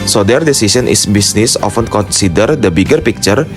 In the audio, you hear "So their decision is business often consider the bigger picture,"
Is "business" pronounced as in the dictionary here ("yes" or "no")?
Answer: no